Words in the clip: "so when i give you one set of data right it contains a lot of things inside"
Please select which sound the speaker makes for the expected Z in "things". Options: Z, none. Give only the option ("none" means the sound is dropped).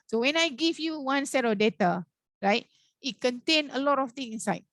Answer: none